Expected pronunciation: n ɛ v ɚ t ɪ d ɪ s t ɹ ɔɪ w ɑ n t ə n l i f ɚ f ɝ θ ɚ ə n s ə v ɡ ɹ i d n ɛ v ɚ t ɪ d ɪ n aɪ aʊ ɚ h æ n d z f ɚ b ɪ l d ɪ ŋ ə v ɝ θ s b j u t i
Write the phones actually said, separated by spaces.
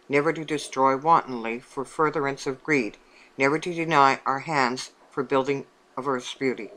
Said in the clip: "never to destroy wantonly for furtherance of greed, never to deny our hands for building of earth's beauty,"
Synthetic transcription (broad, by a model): n ɛ v ɚ t ɪ d ɪ s t ɹ ɔɪ w ɑ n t n l i f ɚ f ɝ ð ɚ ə n s ə v ɡ ɹ i d n ɛ v ɚ t ɪ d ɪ n aɪ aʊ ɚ h æ n d z f ɚ b ɪ l d ɪ ŋ ə v ɝ θ s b j u t i